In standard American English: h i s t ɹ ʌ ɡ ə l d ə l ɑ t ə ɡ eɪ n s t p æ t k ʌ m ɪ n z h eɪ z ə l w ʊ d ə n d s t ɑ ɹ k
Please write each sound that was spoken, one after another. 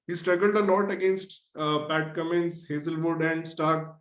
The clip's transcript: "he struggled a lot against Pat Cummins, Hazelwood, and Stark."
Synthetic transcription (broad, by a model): h i s t ɹ ʌ ɡ ə l d ə n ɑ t ə ɡ eɪ n s t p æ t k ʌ m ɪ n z h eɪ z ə l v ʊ d ə n d s t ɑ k